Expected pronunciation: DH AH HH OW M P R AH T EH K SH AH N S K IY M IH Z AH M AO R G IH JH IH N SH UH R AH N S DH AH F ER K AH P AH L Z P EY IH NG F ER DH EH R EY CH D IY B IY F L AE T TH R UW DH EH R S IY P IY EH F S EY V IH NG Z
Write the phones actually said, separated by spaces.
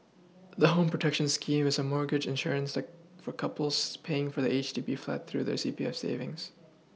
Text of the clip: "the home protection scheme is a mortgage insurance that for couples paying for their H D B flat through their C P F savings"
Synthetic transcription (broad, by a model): DH AH HH OW M P R AH T EH K SH AH N S K IY M IH Z AH M AO R G IH JH IH N SH UH R AH N S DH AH F ER K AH P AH L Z P EY IH NG F ER DH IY EY CH D IY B IY F L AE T TH R UW DH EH R S IY P IY EH F S EY V IH NG Z